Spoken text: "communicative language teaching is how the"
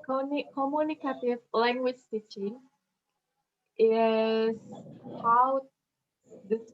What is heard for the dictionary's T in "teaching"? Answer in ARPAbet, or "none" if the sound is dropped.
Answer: S